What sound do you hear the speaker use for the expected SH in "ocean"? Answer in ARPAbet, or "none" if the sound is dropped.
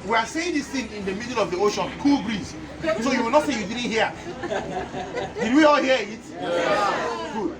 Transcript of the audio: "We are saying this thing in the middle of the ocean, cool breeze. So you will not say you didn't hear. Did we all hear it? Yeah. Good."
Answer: SH